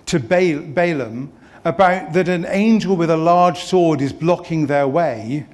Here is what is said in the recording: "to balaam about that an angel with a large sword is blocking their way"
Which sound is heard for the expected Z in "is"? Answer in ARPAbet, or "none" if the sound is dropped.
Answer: Z